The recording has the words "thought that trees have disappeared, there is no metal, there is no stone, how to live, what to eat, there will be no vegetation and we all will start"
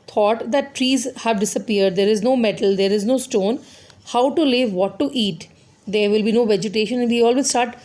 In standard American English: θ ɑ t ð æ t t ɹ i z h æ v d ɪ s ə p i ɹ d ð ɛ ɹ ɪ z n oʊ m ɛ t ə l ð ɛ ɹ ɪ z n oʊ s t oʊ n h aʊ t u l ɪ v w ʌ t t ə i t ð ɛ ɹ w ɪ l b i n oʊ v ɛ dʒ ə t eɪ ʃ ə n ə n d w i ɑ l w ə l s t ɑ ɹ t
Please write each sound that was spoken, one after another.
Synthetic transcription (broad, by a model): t ɑ t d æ t t ɹ i z h æ v d ɪ s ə p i ɹ d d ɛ ɹ ɪ z n oʊ m ɛ t ə l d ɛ ɹ ɪ z n oʊ s t oʊ n h aʊ t u l ɪ v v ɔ t t i t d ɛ ɹ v ɪ l b i n oʊ v ɛ dʒ ə t eɪ ʃ ə n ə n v i ɑ l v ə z s t ɑ ɹ t